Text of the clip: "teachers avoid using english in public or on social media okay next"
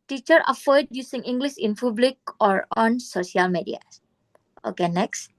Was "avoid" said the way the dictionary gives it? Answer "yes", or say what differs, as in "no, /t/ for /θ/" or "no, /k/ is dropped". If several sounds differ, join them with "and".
no, /f/ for /v/